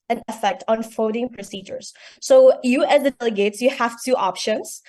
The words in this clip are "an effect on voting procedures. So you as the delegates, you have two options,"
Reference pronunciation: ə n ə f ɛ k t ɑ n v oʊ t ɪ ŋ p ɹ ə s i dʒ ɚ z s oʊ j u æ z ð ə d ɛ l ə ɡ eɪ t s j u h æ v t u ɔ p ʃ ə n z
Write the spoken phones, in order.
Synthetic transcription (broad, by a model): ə n ə f ɛ k t ɑ n f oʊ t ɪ ŋ p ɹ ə s i dʒ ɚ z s oʊ j u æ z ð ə d ɛ l ə ɡ eɪ t s j u h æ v t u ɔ p ʃ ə n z